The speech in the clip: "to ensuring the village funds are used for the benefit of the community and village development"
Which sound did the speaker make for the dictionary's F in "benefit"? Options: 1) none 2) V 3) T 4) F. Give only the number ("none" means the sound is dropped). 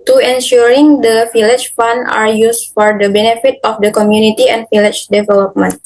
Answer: 4